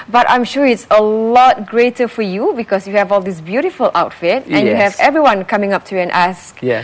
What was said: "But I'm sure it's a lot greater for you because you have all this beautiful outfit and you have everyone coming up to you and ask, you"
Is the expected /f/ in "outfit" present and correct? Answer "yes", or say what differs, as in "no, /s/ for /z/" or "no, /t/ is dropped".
yes